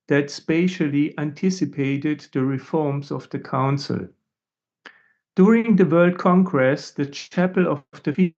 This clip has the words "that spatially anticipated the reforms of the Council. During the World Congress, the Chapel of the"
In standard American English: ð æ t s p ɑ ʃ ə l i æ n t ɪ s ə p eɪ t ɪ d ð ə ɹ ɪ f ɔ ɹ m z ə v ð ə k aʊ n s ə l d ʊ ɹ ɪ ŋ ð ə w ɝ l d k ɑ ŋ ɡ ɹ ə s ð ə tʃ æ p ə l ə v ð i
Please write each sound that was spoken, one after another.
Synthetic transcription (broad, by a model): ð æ t s p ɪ ʃ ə l i æ n t ɪ s ə p eɪ t ɪ d ð ə ɹ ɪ f ɔ ɹ m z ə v ð ə k aʊ n s ə l d ʊ ɹ ɪ ŋ ð ə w ɝ l d k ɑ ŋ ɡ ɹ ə s ð ə tʃ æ p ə l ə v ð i